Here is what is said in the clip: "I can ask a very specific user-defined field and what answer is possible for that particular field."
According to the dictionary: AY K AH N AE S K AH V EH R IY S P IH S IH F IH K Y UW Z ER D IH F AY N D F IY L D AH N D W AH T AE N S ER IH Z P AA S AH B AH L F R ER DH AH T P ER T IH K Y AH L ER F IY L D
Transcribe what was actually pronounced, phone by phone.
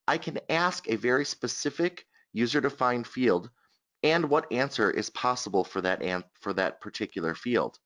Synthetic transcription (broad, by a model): AY K AH N AE S K AH V EH R IY S P IH S IH F IH K Y UW Z ER D IH F AY N D F IY L D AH N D W AH T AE N S ER IH Z P AA S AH B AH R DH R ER DH AH T P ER T IH K Y L ER F IY L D